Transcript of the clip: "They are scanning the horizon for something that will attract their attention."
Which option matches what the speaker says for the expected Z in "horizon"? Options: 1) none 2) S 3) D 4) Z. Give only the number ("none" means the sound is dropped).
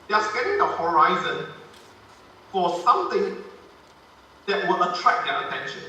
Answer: 4